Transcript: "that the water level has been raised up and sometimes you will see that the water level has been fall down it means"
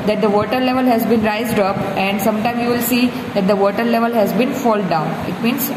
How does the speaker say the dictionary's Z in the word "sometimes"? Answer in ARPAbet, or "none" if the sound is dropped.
none